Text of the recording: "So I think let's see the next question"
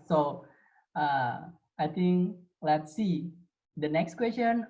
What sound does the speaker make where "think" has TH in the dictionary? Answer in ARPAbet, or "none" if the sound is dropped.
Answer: T